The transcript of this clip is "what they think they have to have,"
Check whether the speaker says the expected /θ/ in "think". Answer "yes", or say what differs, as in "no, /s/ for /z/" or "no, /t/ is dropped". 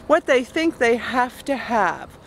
yes